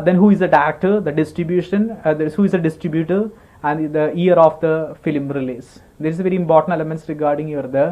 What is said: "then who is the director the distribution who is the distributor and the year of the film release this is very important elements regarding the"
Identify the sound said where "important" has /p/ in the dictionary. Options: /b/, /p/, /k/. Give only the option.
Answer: /p/